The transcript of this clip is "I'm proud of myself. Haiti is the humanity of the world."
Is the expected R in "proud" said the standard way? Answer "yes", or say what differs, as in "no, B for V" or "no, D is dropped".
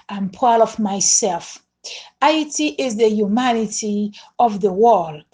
no, R is dropped